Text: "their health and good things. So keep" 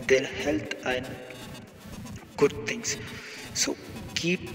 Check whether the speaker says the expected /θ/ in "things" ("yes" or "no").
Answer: no